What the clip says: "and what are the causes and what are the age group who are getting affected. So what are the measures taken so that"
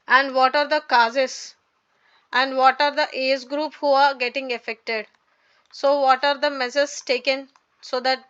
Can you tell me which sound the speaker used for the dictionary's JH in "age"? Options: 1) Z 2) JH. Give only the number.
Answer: 1